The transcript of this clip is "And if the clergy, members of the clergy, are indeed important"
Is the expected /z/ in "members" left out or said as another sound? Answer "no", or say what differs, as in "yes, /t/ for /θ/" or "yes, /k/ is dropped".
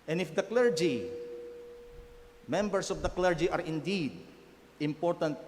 yes, /s/ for /z/